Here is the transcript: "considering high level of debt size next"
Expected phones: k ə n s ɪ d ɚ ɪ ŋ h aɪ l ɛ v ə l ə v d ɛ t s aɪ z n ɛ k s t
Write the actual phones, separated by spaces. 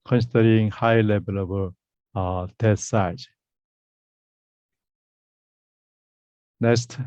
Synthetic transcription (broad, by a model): k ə n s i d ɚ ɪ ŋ h aɪ l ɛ b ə l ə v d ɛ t s aɪ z n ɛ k s t